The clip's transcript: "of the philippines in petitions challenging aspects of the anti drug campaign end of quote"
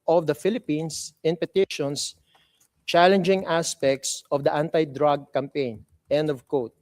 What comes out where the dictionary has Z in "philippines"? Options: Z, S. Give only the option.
S